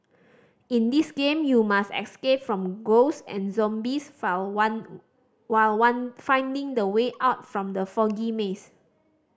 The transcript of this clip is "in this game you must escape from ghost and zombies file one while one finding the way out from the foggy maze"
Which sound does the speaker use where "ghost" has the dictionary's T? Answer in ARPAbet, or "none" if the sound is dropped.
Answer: none